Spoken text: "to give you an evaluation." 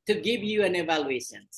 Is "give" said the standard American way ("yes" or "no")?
yes